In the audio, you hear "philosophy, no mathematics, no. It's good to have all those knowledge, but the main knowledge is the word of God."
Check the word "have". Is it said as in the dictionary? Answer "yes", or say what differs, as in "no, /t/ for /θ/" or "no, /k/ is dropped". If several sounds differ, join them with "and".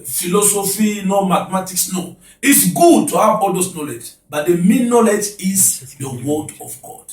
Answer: no, /b/ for /v/